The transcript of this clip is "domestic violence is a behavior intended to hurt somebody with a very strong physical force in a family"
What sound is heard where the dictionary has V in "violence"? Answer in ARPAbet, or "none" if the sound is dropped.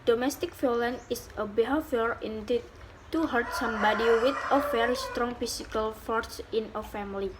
F